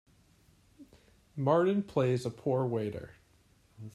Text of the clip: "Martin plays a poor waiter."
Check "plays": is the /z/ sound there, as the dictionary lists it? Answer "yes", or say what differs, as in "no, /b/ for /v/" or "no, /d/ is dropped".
yes